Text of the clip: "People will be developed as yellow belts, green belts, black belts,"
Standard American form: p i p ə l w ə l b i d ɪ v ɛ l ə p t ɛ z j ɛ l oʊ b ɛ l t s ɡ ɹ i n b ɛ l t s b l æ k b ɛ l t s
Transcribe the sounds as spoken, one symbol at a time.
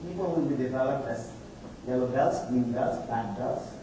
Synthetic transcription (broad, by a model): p i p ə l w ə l b i d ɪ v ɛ l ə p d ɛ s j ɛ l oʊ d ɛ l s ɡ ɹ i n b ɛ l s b æ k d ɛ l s